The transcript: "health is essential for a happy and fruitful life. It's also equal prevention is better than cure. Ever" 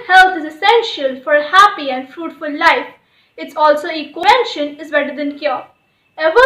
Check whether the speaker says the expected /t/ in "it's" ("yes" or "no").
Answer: yes